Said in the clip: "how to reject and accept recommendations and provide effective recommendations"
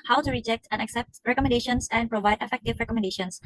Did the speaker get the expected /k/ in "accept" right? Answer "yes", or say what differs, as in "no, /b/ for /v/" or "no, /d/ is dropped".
yes